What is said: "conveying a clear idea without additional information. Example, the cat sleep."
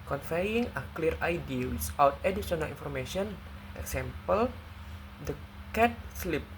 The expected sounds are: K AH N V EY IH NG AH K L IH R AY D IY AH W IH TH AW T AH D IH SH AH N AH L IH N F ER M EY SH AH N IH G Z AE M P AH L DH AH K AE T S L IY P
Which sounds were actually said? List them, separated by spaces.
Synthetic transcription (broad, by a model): K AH N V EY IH NG AH K L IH R AY D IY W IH S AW T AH D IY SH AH N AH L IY N F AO M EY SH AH N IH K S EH M P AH L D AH K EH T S L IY P